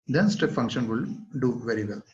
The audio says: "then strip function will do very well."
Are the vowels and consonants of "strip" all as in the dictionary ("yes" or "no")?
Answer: no